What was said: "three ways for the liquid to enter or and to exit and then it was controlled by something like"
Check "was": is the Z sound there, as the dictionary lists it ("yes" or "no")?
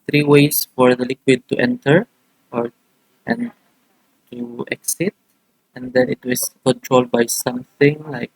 no